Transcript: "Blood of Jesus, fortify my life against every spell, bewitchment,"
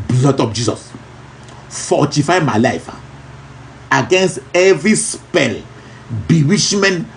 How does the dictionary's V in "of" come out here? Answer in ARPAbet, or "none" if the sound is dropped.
P